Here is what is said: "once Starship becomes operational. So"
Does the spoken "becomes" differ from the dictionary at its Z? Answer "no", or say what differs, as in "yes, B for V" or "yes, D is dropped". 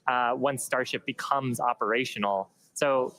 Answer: no